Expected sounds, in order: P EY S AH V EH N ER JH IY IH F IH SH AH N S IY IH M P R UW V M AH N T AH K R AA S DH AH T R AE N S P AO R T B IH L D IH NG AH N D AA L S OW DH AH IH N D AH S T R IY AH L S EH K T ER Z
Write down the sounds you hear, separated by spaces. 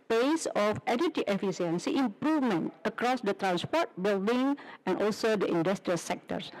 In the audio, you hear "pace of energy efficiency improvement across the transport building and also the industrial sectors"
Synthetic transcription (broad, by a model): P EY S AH F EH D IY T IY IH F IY S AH N S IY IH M P R UW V M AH N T AH K R AA S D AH T R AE N S P AO T B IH L D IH NG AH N AA L S OW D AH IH N D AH S T R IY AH L S EH K T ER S